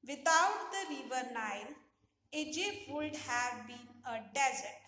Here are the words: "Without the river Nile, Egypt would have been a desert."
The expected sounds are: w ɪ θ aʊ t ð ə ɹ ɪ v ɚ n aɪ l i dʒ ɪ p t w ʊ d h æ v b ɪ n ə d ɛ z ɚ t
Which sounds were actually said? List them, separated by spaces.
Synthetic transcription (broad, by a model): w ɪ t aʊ t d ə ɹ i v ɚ n aɪ l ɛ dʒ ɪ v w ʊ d h æ v b ɪ n ə d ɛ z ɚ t